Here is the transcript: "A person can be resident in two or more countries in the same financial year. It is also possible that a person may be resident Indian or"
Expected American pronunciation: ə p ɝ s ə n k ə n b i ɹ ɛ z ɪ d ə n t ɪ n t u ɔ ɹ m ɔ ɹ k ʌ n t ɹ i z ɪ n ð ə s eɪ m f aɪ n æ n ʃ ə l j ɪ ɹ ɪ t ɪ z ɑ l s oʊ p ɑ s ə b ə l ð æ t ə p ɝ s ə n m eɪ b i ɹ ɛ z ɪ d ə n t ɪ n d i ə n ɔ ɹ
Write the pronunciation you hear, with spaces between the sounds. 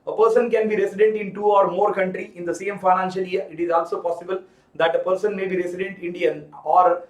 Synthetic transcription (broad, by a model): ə p ɝ s ə n k ə n b i ɹ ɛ s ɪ d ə n t ɪ n t u ɔ ɹ m ɔ ɹ k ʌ n t ɹ i ɪ n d ə s eɪ m f aɪ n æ n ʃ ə l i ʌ ɹ ɪ t ɪ z ɑ l s oʊ p ɑ s ə b ə l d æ t ə p ɝ s ə n m eɪ b i ɹ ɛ s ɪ d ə n t ɪ n d i ə n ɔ ɹ